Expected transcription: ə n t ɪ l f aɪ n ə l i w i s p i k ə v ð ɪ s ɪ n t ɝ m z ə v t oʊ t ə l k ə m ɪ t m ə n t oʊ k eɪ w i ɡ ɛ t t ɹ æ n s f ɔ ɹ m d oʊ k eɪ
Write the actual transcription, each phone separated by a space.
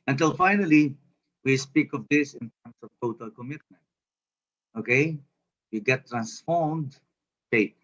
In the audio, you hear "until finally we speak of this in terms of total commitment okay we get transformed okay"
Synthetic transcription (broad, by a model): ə n t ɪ l f aɪ n ə l i w i s p i k ə v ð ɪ s ɪ n t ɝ m s ə v t oʊ t ə l k ə m ɪ t m ə n t oʊ k eɪ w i ɡ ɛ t t ɹ æ n s f ɔ ɹ m d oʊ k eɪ